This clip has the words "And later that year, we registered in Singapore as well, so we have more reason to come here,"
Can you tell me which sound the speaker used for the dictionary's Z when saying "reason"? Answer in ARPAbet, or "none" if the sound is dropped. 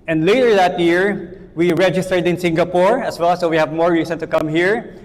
S